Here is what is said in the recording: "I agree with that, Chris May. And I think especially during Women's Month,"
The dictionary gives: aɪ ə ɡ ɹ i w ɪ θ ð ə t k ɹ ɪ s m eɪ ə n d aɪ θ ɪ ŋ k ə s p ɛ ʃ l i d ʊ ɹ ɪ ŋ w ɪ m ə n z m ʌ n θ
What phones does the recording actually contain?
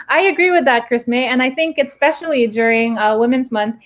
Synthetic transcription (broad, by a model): aɪ ə ɡ ɹ i w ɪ ð ə t k ɹ ɪ s m eɪ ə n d aɪ θ ɪ ŋ k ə s p ɛ ʃ l i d ʊ ɹ ɪ ŋ w ɪ m ə n z m ʌ n θ